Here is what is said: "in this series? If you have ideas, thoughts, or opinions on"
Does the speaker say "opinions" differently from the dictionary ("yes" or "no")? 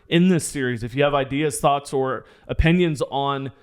no